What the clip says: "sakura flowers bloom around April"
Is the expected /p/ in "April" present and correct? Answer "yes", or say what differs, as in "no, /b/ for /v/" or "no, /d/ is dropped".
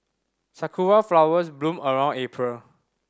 yes